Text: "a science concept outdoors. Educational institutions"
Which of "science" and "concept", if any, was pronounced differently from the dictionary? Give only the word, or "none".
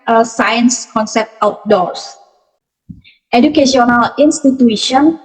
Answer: none